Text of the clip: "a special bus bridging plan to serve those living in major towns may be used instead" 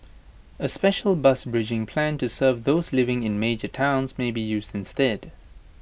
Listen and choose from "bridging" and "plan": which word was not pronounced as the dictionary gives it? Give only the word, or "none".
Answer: none